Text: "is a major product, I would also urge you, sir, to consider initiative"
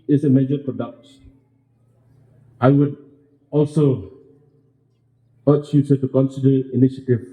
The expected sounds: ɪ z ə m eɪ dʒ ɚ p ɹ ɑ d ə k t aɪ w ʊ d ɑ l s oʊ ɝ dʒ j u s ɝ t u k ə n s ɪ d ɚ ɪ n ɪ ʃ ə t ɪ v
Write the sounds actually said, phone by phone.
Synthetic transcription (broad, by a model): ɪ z ə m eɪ dʒ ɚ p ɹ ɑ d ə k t aɪ w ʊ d ɑ l s oʊ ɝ tʃ j u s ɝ t u k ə n s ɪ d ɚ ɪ n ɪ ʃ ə t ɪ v